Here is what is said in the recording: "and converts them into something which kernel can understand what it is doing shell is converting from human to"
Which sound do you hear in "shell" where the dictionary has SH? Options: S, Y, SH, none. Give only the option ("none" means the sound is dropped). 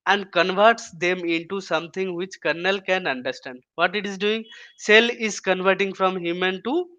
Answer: S